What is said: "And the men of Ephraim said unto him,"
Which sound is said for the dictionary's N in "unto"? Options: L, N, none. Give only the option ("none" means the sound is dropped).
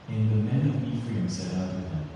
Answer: none